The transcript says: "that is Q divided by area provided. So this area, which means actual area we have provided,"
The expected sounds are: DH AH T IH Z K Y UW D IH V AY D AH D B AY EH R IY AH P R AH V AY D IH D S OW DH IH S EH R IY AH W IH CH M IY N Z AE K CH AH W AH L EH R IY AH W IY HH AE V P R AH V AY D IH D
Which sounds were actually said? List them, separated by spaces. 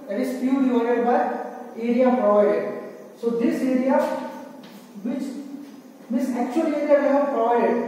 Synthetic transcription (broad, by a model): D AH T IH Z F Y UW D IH AO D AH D B AY EH R IY AH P R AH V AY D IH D S OW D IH S EH R IY AH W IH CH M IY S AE K CH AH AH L EH R IY AH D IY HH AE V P R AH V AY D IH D